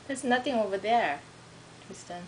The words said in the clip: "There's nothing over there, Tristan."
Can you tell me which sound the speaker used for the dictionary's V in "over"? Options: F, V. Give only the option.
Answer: V